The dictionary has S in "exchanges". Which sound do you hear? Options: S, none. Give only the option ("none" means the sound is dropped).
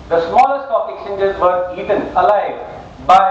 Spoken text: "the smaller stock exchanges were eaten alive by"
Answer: none